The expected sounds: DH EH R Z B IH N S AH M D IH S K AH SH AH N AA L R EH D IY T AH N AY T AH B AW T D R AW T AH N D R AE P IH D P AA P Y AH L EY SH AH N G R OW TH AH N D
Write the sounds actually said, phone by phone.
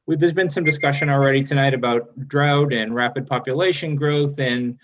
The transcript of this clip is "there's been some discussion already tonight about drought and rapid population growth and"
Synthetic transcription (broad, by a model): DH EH R Z B IH N S AH M D IH S K AH SH AH N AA L R EH D IY T AH N AY T AH B AW T D R AW T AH N R AE P IH D P AA P Y AH L EY SH AH N G R OW TH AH N